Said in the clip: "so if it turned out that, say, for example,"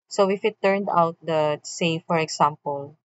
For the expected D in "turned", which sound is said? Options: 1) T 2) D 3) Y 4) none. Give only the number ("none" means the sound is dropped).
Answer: 2